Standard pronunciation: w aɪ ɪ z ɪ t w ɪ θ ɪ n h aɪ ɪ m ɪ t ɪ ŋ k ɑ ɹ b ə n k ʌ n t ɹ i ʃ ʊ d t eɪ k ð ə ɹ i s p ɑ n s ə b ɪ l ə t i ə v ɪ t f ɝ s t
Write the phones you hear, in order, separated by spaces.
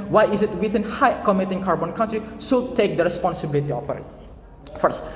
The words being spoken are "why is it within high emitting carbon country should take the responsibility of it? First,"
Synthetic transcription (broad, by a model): w aɪ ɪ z ɪ t w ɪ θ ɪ n h aɪ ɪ m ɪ t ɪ ŋ k ɑ ɹ b ə n k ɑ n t ɹ i s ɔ t eɪ k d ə ɹ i s p ɑ n s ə b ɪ l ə t i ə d ɪ t f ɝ s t